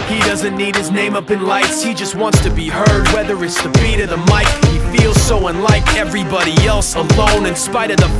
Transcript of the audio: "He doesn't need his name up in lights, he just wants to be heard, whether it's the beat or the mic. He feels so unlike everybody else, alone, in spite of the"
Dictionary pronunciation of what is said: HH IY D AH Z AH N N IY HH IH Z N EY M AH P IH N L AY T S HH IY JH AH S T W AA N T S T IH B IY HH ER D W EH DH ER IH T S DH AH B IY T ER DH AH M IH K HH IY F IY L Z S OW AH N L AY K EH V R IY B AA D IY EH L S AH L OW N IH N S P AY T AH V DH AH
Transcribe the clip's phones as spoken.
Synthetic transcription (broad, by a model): HH IY D AH Z AH N N IY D IH Z N EY M AH P IH N L AY T S HH IY JH AH S T W AA N T S T IH B IY HH ER D W EH DH ER IH T S DH AH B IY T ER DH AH M IH K HH IY F IY L Z S OW AH N L AY K EH V R IY B AA D IY EH L S AH L OW N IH N S P AY T AH V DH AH